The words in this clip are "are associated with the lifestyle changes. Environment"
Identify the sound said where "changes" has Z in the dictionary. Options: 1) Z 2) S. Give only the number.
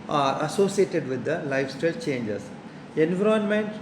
2